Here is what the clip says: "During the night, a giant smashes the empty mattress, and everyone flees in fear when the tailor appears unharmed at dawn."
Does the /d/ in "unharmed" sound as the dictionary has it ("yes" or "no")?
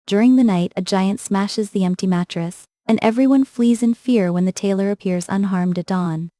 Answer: yes